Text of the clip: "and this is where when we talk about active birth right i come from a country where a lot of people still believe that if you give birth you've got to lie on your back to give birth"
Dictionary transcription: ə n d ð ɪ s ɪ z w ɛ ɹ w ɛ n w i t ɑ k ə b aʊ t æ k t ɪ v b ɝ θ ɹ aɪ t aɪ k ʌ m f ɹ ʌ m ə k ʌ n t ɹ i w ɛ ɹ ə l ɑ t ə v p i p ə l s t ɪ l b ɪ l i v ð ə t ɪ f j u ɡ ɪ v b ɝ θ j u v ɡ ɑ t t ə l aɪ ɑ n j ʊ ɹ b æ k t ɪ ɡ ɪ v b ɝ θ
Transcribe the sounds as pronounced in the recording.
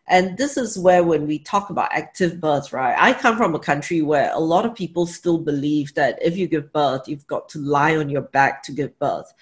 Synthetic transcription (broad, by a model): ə n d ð ɪ s ɪ z w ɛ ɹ w ɛ n w i t ɑ k ə b aʊ t æ k t ɪ v b ɝ θ ɹ aɪ t aɪ k ʌ m f ɹ ʌ m ə k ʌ n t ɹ i w ɛ ɹ ə l ɑ t ə v p i p ə l s t ɪ l b ɪ l i v ð ə t ɪ f j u ɡ ɪ v b ɝ θ j u v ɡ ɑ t t ə l aɪ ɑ n j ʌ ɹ b æ k t ɪ ɡ ɪ v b ɝ θ